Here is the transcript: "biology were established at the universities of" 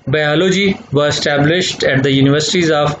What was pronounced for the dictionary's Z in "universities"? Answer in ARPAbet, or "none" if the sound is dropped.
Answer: Z